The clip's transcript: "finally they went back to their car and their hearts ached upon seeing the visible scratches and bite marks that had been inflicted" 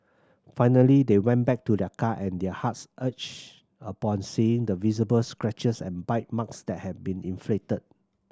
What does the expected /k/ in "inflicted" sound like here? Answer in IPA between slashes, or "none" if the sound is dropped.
none